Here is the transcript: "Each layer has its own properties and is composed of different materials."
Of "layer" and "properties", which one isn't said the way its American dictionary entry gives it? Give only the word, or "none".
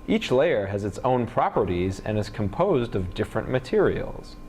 none